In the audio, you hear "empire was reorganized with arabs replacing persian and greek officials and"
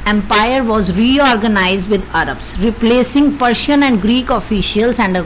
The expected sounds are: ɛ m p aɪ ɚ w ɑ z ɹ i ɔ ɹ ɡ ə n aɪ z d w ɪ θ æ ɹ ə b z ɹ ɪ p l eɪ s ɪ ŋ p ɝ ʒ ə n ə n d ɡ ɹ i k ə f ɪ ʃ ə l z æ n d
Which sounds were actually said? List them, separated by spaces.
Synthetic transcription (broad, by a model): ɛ m p aɪ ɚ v ɑ z ɹ i ɔ ɹ ɡ ə n aɪ z d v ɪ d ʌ ɹ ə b s ɹ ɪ p l eɪ s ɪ ŋ p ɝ ʃ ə n ə n d ɡ ɹ i k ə f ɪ ʃ ə l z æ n d